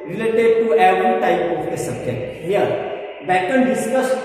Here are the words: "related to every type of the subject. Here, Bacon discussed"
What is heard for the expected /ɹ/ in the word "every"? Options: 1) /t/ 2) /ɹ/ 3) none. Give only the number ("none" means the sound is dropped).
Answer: 3